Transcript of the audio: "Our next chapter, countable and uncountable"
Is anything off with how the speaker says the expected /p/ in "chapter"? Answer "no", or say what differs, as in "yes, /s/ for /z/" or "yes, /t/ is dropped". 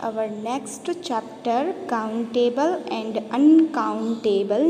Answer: no